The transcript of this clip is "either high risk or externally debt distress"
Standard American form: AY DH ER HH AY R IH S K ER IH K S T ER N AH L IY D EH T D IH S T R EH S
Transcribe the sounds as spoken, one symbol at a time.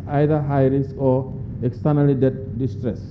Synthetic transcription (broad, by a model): AY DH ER HH AY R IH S AO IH K S T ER N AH L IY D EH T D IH S T R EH S